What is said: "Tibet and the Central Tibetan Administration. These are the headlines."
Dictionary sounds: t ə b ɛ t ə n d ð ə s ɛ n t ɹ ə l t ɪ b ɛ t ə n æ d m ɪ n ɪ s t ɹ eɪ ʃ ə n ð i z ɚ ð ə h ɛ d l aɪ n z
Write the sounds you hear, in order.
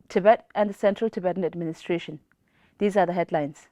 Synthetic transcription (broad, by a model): t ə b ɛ t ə n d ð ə s ɛ n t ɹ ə l t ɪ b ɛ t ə n æ d m ɪ n ɪ s t ɹ eɪ ʃ ə n ð i z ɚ ð ə h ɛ d l aɪ n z